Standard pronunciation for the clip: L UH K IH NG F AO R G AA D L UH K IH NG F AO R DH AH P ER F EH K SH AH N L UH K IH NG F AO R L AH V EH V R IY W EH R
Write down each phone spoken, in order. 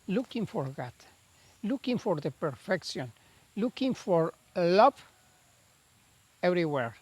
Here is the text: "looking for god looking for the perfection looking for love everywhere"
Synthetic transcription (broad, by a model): L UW K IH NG F AO R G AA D L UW K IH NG F AO R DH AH P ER F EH K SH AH N L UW K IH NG F AO R L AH P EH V R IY W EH R